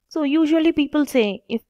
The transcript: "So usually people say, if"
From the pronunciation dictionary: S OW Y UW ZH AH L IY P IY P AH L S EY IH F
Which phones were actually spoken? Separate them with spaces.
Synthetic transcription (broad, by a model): S OW Y UW ZH AH L IY P IY P AH L S EY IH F